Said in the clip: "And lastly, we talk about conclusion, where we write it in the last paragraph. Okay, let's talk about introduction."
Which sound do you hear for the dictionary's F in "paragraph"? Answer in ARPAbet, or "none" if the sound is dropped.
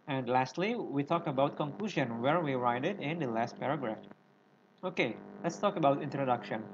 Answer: F